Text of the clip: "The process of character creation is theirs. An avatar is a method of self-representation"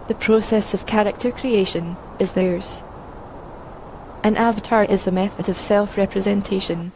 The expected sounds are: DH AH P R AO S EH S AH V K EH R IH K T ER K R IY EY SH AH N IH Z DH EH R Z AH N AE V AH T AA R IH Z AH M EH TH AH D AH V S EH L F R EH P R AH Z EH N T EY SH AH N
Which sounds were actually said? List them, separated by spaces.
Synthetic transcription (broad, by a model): DH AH P R AO S EH S AH V K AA R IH K T ER K R IY EY SH AH N IH Z DH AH R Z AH N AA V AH T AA R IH Z AH M EH TH AH D AH V S EH L F R EH P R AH Z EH N T EY SH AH N